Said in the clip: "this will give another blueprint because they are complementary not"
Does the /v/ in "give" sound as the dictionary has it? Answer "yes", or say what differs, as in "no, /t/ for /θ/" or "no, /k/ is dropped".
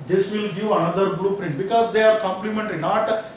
no, /v/ is dropped